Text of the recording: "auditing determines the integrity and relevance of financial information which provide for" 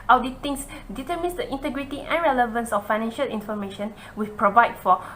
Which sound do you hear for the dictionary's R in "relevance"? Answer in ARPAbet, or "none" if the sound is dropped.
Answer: R